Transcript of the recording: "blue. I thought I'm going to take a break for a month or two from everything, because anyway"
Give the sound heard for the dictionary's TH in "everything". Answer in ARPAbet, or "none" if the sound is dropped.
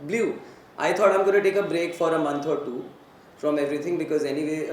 T